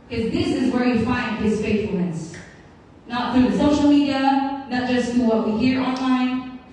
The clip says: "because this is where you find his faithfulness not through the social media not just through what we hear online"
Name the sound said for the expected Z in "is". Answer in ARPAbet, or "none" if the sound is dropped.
Z